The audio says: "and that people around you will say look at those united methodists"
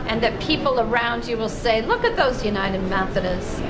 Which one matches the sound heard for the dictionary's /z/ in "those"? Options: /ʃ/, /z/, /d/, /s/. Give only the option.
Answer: /z/